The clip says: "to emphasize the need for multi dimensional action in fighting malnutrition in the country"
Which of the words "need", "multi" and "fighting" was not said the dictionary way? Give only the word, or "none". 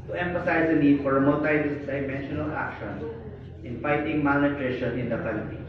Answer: multi